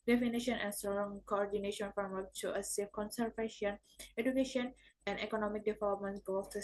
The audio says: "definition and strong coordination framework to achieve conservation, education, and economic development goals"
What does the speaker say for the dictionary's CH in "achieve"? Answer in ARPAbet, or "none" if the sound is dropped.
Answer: S